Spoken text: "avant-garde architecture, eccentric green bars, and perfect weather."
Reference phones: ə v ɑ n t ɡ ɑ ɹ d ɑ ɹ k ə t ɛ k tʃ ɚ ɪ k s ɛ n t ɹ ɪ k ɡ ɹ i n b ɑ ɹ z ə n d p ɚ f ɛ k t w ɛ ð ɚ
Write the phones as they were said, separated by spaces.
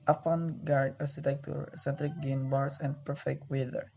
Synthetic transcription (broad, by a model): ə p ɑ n ɡ ɑ ɹ d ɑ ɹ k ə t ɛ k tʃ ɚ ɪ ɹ s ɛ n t ɹ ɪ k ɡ i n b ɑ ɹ s ə n d p ɚ f ɛ k t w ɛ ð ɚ